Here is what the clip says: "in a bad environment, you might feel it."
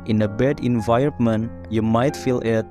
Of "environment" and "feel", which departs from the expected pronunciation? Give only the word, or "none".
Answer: environment